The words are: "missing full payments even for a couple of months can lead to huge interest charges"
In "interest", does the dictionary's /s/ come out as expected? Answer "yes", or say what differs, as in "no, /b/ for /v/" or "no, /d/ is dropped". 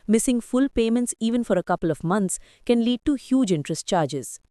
yes